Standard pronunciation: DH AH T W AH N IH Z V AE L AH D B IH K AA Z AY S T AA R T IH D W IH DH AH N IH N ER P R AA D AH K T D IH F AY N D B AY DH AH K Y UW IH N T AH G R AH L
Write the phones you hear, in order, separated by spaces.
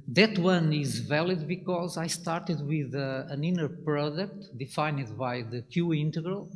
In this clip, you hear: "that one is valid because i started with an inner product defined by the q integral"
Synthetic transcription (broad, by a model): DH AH T W AH N IH Z V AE L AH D B IH K AA Z AY S T AA R T IH D W IH DH AH N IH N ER P R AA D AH K T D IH F AY N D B AY DH AH K Y UW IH N T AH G R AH L